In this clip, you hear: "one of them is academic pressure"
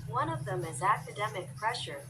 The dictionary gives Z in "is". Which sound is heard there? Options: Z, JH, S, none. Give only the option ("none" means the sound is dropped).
Z